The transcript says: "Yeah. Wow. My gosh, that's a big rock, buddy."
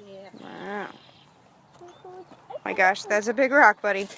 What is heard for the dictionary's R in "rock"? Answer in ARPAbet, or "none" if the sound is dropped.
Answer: R